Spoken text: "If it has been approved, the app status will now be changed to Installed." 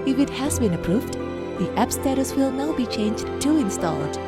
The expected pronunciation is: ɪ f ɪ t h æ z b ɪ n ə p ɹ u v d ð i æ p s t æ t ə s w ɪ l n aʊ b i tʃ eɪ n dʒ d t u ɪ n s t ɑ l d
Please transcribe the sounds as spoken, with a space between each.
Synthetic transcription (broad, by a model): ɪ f ɪ t h æ z b ɪ n ə p ɹ u v d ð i æ p s t æ t ə s w ɪ l n aʊ b i tʃ eɪ n dʒ d t u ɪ n s t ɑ l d